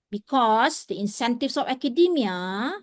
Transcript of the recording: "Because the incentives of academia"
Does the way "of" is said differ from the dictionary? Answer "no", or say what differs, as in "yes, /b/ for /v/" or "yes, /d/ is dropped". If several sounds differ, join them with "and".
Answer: yes, /f/ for /v/